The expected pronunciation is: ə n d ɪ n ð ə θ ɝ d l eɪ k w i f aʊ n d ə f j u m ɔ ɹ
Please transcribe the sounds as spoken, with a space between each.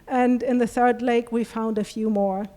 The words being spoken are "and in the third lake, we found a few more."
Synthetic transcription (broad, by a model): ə n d ɪ n ð ə θ ɝ d l eɪ k w i f aʊ n d ə f j u m ɔ ɹ